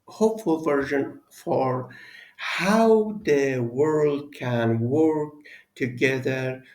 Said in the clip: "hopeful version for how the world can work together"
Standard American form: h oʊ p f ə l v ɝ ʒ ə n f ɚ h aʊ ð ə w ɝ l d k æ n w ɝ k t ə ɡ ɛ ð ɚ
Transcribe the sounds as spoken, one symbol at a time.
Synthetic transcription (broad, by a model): h oʊ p f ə l v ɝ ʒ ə n f ɚ h aʊ ð ə w ɝ l d k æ n w ɝ k t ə ɡ ɛ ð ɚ